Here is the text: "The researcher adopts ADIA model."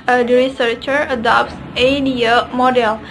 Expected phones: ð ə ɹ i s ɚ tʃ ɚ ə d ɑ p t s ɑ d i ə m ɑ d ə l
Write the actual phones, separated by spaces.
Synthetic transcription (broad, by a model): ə ɹ i s ɚ tʃ ɚ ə d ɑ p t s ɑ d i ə m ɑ d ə l